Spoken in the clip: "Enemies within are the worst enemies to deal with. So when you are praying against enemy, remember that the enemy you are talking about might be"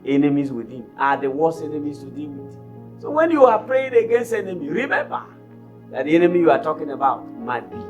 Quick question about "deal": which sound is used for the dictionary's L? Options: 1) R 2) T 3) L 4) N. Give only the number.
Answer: 4